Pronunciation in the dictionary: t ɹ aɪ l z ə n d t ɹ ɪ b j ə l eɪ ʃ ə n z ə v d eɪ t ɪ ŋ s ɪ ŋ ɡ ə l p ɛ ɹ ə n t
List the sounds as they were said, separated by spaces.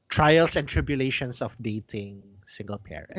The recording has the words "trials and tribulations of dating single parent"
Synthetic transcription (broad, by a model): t ɹ aɪ l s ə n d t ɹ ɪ b j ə l eɪ ʃ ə n s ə f d eɪ t ɪ ŋ s ɪ ŋ ɡ ə l p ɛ ɹ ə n